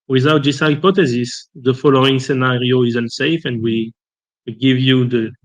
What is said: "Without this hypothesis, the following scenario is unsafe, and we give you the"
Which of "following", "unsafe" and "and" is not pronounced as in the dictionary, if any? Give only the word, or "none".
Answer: none